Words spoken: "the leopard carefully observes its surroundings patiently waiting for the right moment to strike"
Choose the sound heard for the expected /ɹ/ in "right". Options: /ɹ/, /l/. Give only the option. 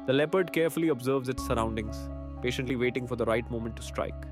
/ɹ/